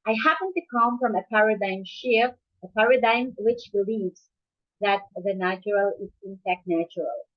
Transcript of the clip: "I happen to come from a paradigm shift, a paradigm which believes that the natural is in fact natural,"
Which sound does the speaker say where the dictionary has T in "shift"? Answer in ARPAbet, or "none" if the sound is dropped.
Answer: none